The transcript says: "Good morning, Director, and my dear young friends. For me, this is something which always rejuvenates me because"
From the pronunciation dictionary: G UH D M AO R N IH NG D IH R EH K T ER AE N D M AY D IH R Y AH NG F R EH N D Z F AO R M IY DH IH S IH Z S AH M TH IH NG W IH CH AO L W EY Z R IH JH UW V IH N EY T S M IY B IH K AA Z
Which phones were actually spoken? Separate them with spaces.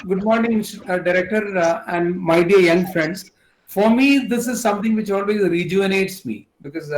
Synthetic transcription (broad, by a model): G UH D M AO R N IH NG D IH R EH K T ER AE N D M AY D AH R Y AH NG F R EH N D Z F AO R M IY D IH S IH Z S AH M T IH NG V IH CH AO L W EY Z R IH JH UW IH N EY T S M IY B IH K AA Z